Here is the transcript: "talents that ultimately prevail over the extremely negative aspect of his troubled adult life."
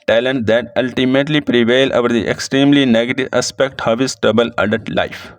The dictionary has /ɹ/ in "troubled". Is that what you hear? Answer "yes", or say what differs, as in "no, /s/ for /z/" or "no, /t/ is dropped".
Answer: no, /ɹ/ is dropped